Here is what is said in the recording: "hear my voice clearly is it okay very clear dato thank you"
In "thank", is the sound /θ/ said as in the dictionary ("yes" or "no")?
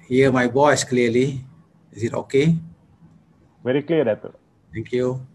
no